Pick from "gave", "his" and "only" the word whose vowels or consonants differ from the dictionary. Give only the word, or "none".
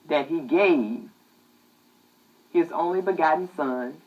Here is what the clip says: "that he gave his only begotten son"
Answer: none